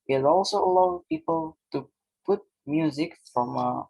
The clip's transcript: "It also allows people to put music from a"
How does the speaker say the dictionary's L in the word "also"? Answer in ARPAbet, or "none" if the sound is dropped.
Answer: L